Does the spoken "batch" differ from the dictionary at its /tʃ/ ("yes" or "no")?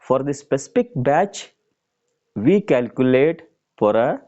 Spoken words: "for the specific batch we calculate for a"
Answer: no